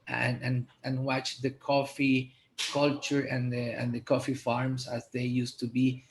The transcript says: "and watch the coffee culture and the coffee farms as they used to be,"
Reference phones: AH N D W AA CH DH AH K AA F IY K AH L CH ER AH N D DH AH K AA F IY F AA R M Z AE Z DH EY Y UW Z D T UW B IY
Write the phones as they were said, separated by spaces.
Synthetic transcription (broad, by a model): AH N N W AA CH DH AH K AA F IY K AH L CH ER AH N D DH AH K AA F IY F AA R M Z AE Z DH EY Y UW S T UW B IY